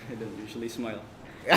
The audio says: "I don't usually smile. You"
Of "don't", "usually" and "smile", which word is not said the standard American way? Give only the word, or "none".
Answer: none